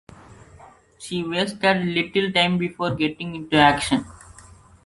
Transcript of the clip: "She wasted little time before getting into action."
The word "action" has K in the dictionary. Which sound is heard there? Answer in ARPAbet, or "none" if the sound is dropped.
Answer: K